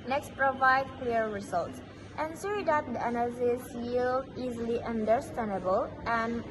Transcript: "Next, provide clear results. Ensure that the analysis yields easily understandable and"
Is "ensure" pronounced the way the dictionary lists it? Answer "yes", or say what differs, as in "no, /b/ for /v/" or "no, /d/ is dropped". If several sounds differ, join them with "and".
no, /s/ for /ʃ/